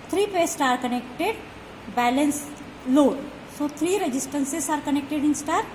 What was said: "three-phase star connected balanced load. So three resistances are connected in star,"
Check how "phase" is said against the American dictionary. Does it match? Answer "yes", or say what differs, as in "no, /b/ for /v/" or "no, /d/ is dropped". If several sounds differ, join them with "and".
no, /p/ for /f/